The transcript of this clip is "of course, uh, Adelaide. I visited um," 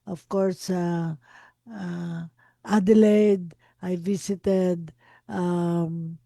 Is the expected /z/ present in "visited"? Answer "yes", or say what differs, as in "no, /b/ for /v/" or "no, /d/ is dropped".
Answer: no, /s/ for /z/